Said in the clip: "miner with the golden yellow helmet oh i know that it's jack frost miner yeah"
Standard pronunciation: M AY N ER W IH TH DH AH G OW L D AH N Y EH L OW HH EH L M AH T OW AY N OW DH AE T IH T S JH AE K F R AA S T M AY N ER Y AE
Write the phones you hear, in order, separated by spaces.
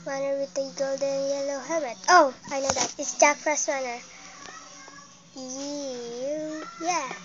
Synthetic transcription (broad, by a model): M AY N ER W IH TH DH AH G OW L D AH N Y EH L OW HH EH M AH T OW AY N OW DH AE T IH T S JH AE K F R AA S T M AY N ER Y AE